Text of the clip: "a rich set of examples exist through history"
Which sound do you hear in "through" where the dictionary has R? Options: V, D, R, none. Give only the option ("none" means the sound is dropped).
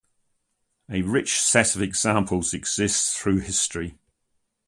R